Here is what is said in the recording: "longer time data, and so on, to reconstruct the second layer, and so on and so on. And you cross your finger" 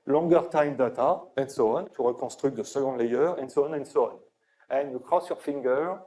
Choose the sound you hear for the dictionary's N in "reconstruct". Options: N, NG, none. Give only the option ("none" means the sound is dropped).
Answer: none